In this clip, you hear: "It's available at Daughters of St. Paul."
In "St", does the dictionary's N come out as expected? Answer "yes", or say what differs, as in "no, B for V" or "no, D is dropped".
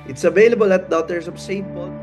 no, N is dropped